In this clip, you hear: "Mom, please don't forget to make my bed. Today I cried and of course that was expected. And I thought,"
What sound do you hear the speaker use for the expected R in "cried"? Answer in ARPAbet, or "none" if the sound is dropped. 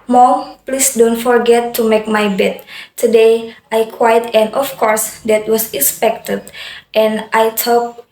W